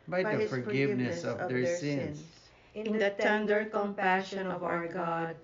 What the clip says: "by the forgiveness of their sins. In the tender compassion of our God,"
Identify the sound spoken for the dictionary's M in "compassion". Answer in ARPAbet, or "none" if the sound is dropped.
M